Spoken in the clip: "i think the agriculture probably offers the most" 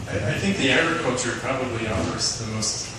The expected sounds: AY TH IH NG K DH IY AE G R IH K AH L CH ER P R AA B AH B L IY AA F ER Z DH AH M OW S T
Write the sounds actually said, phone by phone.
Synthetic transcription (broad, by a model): AY TH IH NG K DH IY AE G R IH K AH L CH ER P R AA B AH B L IY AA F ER S DH AH M OW S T